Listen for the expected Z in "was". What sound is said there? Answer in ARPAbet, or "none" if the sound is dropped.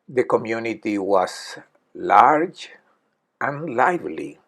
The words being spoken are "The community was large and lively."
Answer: S